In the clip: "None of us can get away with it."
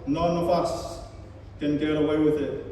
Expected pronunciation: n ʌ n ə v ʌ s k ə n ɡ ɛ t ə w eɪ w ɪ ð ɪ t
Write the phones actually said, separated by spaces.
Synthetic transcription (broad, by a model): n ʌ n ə f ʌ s k ə n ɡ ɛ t ə w eɪ w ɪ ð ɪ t